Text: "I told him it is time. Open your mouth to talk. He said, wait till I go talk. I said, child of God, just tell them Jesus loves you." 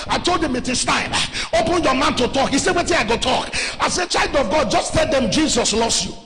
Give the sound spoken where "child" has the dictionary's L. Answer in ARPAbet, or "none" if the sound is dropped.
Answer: L